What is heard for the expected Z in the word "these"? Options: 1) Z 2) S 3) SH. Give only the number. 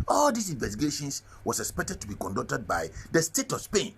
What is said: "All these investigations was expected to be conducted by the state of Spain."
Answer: 2